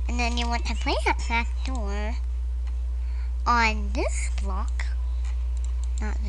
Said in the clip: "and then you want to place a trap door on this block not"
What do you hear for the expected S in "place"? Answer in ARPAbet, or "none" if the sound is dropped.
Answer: none